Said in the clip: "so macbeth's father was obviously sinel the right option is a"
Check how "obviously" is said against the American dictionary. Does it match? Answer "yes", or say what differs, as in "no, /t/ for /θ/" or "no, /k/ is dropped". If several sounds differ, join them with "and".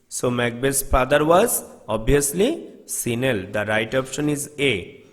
no, /v/ is dropped